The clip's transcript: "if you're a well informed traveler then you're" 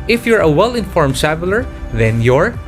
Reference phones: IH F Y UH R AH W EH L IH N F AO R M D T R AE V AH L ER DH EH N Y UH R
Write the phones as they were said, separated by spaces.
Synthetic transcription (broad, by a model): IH F Y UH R AH W EH L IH N F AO R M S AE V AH L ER DH EH N Y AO R